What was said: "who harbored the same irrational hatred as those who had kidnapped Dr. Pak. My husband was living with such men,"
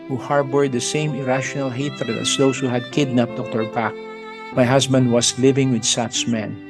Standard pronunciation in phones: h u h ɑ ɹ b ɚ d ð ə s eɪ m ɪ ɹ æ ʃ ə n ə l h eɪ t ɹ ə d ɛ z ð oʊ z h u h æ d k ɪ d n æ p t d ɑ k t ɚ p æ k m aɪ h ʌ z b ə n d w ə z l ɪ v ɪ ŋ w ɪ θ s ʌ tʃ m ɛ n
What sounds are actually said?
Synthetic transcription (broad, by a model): h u h ɑ ɹ b ɚ d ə s eɪ m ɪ ɹ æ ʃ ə n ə l h eɪ t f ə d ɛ s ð oʊ s h u h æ d k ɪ d n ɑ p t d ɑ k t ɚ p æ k m aɪ h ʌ s b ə n d w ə s l ɪ v ɪ ŋ w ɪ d s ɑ s m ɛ n